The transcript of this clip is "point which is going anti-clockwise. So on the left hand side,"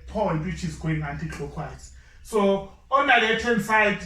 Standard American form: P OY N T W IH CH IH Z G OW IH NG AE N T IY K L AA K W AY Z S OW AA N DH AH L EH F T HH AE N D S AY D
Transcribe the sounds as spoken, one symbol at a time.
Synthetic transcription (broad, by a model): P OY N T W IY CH IH Z G OW IH NG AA N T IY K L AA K W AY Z S OW AA N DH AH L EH T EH N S AY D